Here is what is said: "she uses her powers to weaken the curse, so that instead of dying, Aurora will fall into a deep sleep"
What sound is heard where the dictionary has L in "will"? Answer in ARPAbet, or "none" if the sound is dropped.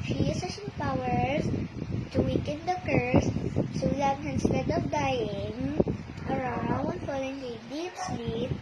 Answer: N